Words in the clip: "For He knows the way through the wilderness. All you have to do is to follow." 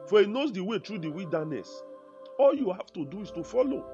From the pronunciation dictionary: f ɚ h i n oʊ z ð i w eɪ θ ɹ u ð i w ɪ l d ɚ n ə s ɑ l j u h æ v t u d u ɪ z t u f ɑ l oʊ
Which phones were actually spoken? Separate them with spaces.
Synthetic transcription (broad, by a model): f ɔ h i n oʊ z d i w eɪ t ɹ u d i w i l d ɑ n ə s ɑ l j u h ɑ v t u d u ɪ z t u f ɑ l oʊ